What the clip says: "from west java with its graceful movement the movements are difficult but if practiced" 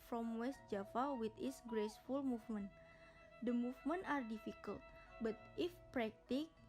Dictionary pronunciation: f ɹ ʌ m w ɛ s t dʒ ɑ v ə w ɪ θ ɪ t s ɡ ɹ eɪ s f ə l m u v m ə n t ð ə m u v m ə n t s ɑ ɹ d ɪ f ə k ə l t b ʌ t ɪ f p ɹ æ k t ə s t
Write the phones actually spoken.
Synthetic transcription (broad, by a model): f ɹ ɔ m w ɛ s t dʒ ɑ f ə w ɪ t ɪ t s ɡ ɹ eɪ s f ə l m u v m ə n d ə m u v m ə n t ɑ ɹ d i f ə k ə l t b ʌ t ɪ f p ɹ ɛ k t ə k